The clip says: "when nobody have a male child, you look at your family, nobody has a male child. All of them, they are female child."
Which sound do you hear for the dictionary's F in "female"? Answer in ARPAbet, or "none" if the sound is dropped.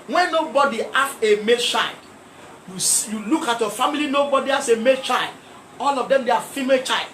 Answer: F